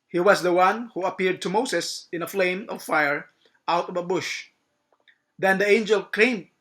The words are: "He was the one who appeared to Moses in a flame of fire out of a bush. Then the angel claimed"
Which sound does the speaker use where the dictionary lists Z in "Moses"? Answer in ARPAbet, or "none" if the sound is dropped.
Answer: S